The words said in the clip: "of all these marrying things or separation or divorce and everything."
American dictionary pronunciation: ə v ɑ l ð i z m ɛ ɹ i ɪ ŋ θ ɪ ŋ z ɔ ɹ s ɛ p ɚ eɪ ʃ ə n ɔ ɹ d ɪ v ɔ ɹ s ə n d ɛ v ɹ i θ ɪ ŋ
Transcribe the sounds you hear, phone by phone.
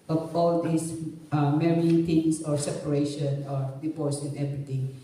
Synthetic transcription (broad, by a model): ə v ɑ l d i s m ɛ ɹ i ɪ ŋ t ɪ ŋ s ɔ ɹ s ɛ p ɚ eɪ ʃ ə n ɔ ɹ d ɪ p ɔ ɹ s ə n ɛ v ɹ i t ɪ ŋ